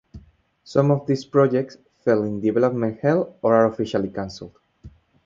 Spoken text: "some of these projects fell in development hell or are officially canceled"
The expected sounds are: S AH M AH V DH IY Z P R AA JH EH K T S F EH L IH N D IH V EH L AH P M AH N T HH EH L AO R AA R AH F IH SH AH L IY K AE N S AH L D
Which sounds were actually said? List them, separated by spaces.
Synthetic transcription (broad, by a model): S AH M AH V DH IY S P R AA JH EH K T S F EH L IH N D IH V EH L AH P M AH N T HH EH L AO R AA R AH F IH SH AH L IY K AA N S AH L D